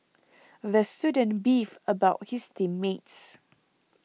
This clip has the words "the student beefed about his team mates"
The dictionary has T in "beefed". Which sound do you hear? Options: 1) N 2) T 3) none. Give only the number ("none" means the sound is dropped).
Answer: 3